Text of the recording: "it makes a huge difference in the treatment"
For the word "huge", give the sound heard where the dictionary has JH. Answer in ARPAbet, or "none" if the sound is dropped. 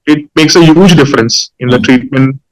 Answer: JH